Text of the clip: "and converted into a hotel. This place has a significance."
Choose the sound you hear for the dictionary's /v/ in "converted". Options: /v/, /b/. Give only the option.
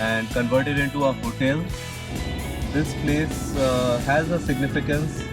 /v/